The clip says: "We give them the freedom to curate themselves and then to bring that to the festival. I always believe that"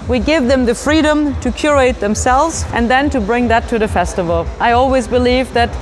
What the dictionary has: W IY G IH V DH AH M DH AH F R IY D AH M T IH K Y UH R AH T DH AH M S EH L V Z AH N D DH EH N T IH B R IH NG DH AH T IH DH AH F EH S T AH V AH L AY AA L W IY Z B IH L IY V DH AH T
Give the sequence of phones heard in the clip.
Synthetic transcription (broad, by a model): W IY G IH V DH AH M DH AH F R IY D AH M T IH K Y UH R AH T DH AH M S EH L V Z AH N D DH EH N T IH B R IH NG DH AH T IH DH AH F EH S T AH V AH L AY AA L W IY Z B IH L IY V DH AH T